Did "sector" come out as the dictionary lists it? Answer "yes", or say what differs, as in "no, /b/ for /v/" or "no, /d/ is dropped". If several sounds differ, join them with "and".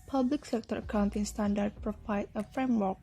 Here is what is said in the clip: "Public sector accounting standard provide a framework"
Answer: yes